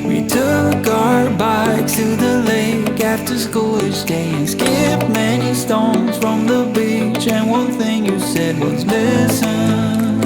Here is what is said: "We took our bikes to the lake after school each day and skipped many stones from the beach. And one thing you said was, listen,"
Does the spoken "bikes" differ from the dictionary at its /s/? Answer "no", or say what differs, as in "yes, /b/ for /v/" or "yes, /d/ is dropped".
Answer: yes, /s/ is dropped